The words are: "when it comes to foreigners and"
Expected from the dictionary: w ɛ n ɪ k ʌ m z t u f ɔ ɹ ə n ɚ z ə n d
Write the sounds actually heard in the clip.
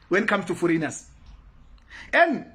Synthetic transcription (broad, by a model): w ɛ n ɪ k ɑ m s t u f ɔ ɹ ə n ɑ s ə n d